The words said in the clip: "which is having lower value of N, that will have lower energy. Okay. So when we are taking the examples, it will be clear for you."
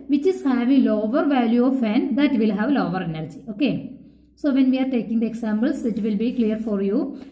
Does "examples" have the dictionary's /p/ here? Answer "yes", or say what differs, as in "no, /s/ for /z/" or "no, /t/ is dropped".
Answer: no, /b/ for /p/